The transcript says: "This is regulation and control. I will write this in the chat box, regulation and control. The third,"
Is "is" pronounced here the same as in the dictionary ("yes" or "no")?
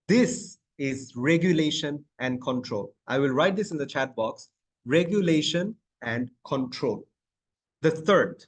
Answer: yes